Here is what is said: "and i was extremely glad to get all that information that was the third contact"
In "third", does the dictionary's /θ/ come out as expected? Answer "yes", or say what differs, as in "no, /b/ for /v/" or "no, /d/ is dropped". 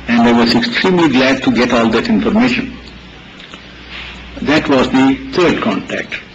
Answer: no, /t/ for /θ/